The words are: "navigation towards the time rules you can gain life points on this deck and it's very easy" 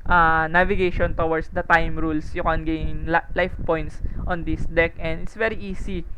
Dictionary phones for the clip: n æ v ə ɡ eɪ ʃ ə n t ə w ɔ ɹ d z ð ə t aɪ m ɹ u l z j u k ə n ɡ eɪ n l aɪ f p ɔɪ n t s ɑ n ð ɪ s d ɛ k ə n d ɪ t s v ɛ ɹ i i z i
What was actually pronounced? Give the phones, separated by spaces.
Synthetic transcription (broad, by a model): n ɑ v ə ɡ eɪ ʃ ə n t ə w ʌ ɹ d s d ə t aɪ m ɹ u l s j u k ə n ɡ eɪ l l aɪ f p ɔɪ n t s ɑ n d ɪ s d ɛ k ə n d ɪ t s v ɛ ɹ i i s i